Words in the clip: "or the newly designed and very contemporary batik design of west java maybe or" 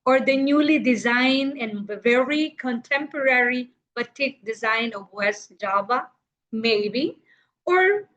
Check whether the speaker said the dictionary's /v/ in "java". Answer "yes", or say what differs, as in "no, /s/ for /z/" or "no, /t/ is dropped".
no, /b/ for /v/